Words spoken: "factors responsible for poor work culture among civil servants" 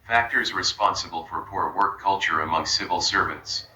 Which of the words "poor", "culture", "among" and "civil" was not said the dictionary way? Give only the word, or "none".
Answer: none